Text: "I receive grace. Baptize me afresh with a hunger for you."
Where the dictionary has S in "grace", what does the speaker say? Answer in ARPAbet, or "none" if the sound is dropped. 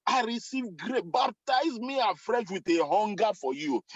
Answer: none